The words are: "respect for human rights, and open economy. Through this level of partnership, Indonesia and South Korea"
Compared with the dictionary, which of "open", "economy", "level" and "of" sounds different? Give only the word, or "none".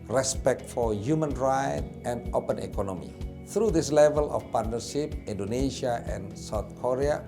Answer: of